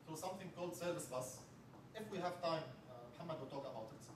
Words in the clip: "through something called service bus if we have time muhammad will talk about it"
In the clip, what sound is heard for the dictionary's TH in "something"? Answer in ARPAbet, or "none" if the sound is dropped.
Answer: TH